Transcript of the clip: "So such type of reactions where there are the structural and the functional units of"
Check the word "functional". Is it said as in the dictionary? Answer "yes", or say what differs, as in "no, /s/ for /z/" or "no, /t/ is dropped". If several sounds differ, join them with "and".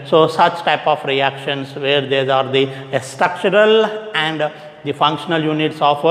yes